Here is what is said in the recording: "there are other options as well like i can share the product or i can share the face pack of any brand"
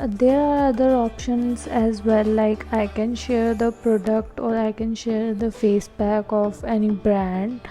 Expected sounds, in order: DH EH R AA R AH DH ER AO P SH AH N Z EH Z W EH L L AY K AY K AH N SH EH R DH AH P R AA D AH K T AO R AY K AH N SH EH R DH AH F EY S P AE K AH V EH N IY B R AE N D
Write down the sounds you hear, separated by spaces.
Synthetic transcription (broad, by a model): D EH R AA R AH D ER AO P SH AH N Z EH Z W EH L L AY K AY K AH N SH EH R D AH P R AA D AH K T AO R AY K AH N SH EH R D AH F EY S B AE K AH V EH N IY B R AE N D